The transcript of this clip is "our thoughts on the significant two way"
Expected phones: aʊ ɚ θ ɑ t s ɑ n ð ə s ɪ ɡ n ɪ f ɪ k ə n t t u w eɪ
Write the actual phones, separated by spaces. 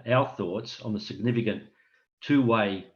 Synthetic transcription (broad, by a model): aʊ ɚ θ ɑ t s n ð ə s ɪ ɡ n ɪ f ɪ k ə n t t u w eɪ